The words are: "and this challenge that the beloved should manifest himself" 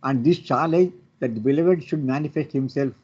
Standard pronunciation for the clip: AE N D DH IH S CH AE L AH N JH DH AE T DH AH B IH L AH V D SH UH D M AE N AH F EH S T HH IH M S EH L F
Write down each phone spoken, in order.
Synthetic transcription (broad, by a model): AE N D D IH S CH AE L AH JH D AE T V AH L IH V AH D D SH UH D M AE N AH F EH S T HH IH M S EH L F